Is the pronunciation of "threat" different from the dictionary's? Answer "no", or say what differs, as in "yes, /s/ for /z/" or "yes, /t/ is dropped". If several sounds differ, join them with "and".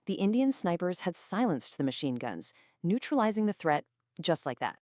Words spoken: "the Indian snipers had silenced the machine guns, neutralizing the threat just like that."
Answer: no